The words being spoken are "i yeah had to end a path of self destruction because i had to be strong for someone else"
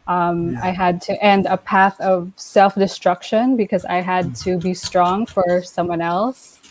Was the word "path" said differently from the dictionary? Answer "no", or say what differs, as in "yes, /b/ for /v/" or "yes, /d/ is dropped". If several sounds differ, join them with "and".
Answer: no